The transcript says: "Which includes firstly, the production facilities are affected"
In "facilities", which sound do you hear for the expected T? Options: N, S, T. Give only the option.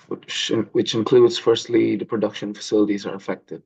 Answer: T